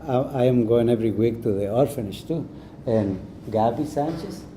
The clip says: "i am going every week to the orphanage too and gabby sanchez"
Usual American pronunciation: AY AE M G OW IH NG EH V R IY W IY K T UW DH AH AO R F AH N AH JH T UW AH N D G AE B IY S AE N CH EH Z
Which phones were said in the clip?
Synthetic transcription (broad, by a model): AY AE M G OW IH NG EH V R IY W IY K T UW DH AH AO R F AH N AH SH T UW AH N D G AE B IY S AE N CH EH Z